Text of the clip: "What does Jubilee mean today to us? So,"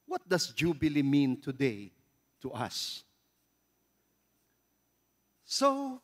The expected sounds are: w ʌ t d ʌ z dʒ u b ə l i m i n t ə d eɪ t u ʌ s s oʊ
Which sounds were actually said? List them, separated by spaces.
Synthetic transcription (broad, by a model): w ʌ t d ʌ s dʒ u b ə l i m i n t ə d eɪ t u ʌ s s oʊ